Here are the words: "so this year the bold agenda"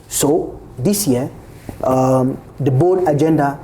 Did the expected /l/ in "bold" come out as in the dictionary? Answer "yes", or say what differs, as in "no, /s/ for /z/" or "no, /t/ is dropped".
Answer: no, /l/ is dropped